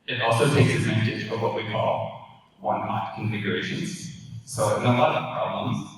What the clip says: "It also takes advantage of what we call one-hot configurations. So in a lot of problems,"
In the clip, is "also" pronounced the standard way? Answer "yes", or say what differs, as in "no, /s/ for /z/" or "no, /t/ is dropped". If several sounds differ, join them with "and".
yes